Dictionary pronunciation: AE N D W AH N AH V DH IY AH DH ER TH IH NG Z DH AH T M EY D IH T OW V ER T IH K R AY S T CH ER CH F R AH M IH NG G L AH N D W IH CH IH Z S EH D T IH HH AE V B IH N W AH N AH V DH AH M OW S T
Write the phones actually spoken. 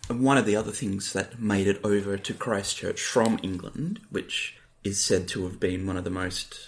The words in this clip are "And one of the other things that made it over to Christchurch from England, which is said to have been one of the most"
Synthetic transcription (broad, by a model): W AH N AH V DH IY AH DH ER TH IH NG Z DH AH T M EY D IH T OW V ER T IH K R AY S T CH ER CH F R AH M IH NG G L AH N D W IH CH IH Z S EH D T IH V B IH N W AH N AH V DH AH M OW S T